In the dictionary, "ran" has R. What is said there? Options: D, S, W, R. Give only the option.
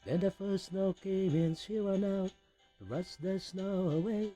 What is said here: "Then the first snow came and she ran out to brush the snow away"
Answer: W